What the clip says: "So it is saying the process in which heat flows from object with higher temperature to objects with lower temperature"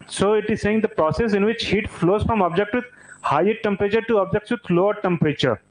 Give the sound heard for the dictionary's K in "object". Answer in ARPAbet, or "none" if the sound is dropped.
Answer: K